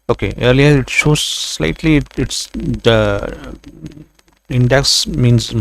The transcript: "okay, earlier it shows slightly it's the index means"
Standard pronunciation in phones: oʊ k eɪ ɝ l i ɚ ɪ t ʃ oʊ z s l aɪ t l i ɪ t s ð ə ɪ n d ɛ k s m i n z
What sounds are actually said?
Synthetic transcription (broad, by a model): oʊ k eɪ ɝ l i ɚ ɪ t s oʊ s l aɪ t l i ɪ t s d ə ɪ n d ɛ k s m i n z